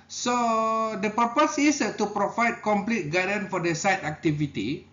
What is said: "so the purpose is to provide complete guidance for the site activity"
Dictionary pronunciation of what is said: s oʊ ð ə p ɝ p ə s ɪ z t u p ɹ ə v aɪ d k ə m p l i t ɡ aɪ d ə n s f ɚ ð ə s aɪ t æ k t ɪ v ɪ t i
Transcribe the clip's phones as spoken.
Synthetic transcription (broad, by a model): s oʊ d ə p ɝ p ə s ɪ s t u p ɹ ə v aɪ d k ə m p l i t ɡ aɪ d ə n f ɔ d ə s aɪ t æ k t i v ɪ t i